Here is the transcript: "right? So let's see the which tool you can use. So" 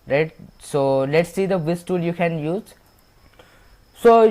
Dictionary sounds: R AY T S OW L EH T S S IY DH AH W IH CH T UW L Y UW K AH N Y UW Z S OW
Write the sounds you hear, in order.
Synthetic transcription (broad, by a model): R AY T S OW L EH T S S IY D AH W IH S T UW L Y UW K AH N Y UW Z S OW